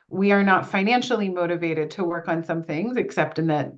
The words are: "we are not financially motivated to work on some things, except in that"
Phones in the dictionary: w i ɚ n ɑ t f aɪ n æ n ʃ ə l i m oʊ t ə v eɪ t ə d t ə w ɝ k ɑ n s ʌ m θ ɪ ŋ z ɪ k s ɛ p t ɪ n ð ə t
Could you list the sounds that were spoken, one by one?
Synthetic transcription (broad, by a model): w i ɚ n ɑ t f aɪ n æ n ʃ l i m oʊ t ə v eɪ t ə d t ə w ɝ k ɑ n s ʌ m θ ɪ ŋ z ɪ k s ɛ p t ɪ n ð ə t